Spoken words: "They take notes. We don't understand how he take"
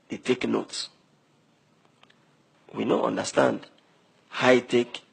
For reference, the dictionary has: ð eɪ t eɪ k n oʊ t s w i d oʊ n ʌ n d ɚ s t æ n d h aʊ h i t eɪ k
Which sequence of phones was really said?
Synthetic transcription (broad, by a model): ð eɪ t eɪ k n oʊ t s w i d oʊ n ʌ n d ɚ s t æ n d h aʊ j t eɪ k